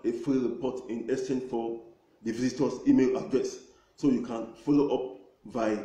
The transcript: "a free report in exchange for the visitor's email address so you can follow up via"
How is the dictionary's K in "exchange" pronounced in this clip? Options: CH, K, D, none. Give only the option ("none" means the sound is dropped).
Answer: none